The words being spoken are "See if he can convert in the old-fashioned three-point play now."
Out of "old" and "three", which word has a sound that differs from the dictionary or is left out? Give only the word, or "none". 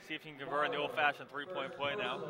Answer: none